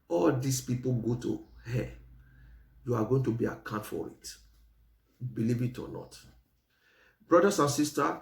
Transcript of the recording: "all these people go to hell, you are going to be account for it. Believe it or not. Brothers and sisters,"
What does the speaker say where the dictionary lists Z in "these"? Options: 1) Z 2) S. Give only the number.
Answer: 2